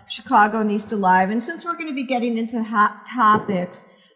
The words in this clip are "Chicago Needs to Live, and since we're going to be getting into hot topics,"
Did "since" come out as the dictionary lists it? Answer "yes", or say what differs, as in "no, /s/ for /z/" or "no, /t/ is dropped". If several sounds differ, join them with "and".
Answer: yes